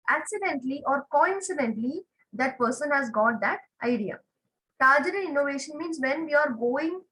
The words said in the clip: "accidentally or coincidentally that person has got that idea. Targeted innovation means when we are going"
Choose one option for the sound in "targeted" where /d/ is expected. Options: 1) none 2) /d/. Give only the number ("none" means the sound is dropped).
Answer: 1